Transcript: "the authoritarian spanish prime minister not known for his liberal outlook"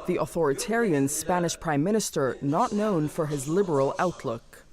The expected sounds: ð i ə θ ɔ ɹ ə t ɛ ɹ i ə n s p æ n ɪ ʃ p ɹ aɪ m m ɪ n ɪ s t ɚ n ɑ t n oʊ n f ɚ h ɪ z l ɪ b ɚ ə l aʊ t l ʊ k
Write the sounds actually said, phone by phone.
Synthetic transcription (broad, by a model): ð i ə θ ɔ ɹ ə t ɛ ɹ i ə n s p æ n ɪ ʃ p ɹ aɪ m m ɪ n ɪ s t ɚ n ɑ t n oʊ n f ɚ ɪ z l ɪ b ɚ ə l aʊ t l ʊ k